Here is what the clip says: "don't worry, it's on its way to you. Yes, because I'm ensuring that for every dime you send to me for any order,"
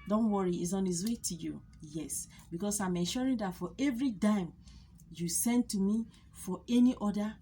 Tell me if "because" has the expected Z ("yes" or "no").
no